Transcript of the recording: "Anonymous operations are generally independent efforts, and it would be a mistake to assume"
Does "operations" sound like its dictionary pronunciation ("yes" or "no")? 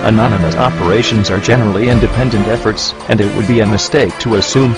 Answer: yes